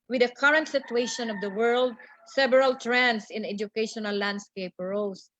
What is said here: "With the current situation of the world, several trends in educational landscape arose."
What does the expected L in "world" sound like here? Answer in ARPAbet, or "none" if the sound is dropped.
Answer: L